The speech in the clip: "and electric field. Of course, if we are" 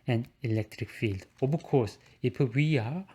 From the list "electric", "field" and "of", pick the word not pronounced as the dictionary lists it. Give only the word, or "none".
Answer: of